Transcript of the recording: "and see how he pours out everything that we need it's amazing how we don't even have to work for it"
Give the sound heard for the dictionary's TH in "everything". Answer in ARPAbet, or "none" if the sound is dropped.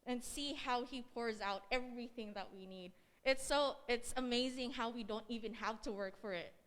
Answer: TH